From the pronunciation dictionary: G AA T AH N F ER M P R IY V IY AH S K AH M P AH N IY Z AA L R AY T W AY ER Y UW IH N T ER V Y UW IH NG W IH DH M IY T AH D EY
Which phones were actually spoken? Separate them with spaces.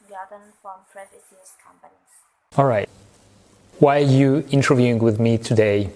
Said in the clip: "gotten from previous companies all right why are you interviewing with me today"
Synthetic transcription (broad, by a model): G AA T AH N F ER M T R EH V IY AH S K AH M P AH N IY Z AA L R AY T W AY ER Y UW IH N T ER V Y UW IH NG W IH DH M IY T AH D EY